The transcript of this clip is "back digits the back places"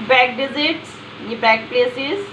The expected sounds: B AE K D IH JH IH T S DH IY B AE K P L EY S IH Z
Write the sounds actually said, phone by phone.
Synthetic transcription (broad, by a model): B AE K D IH Z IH T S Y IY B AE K P L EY S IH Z